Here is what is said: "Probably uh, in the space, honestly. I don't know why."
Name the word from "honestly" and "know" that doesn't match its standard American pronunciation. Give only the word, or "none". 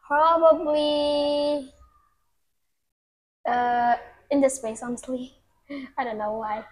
honestly